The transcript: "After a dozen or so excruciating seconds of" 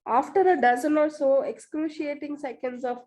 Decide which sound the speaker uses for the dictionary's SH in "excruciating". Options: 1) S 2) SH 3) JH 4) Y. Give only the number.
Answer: 2